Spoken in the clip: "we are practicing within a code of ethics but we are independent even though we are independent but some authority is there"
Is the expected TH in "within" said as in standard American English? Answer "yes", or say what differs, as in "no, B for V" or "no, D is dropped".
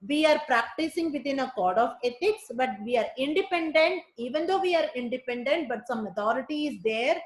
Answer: no, T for TH